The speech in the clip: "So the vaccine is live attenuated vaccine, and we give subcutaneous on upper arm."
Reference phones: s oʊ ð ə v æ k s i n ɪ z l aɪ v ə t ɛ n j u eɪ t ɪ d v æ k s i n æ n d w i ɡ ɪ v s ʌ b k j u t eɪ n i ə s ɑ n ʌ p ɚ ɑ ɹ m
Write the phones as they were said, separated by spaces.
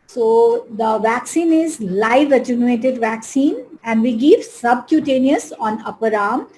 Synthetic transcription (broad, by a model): s oʊ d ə v æ k s i n ɪ z l aɪ v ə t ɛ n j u eɪ t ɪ d v æ k s i n æ n d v i ɡ ɪ v s ʌ b k j u t eɪ n i ə s ɑ n ʌ p ɚ ɑ ɹ m